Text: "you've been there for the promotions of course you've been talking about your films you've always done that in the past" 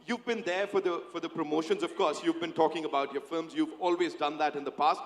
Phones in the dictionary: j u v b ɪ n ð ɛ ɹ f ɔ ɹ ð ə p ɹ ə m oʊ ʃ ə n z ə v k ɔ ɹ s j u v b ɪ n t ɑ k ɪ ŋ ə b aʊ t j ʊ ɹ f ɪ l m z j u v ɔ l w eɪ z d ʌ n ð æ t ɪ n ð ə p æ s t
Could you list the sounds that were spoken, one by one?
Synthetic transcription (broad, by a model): j u v b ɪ n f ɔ ɹ f ɔ ɹ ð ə p ɹ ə m oʊ ʃ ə n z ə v k ɔ ɹ s j u v b ɪ n t ɑ k ɪ ŋ ə b aʊ t j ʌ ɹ f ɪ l m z j u v ɔ l w eɪ z d ʌ n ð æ t ɪ n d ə p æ s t